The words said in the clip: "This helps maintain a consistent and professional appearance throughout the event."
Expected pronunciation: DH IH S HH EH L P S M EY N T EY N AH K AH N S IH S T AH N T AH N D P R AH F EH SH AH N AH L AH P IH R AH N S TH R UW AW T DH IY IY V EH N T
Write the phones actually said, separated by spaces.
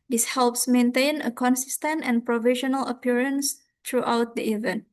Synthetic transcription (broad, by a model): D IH S HH EH L P S M EY N T EY N AH K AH N S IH S T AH N T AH N P R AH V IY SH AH N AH L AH P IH R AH N S T R UW AW T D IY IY V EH N T